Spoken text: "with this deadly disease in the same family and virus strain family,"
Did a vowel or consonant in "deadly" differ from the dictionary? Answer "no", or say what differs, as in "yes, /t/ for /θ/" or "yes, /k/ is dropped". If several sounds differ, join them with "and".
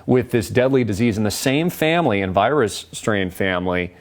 no